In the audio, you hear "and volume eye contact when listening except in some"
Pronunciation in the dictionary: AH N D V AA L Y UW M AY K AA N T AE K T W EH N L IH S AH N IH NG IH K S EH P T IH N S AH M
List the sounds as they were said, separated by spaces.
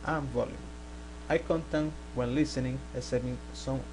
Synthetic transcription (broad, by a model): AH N V AA L Y UW M AY K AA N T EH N W EH N L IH S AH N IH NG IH S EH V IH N S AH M